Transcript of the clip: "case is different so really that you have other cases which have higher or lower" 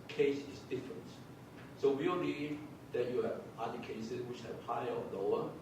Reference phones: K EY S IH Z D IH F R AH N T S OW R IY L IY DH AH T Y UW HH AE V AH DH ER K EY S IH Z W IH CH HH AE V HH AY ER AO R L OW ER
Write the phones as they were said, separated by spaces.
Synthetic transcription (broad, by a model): K EY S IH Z D IH F R AH N T S OW W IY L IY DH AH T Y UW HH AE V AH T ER K EY S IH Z W IH CH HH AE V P AY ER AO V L OW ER